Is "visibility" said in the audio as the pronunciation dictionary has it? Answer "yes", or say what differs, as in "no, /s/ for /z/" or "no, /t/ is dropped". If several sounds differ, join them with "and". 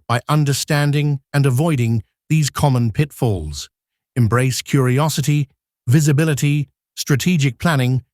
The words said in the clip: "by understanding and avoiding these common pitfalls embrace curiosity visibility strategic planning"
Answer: yes